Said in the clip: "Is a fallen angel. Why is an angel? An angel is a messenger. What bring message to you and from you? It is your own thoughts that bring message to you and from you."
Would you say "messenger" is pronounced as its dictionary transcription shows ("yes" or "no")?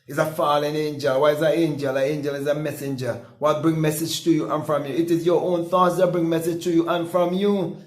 yes